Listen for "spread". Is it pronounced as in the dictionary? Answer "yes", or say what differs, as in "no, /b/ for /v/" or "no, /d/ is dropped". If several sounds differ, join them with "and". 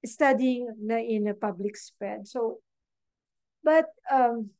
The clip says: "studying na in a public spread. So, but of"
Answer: no, /ɹ/ is dropped